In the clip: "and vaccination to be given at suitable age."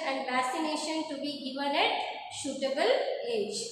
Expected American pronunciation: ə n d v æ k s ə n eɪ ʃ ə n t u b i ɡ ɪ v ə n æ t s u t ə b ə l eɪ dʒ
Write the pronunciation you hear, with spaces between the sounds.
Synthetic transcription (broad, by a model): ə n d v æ s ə n eɪ ʃ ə n t u b i ɡ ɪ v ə n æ t ʃ u t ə b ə l eɪ dʒ